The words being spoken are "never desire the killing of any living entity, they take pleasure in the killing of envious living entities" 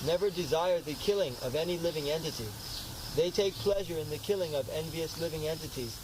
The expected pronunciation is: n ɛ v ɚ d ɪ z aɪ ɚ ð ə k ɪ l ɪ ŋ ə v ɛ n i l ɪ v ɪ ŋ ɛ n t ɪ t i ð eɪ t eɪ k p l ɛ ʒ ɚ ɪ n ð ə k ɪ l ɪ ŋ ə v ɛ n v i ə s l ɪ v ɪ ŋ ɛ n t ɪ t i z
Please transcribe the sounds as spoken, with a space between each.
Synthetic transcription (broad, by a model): n ɛ v ɚ d ɪ z aɪ ɚ ð ə k ɪ l ɪ ŋ ə v ɛ n i l ɪ v ɪ ŋ ɛ n t ɪ t i ð eɪ t eɪ k p l ɛ ʒ ɚ ɪ n ð ə k ɪ l ɪ ŋ ə v ɛ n v i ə s l ɪ v ɪ ŋ ɛ n t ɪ t i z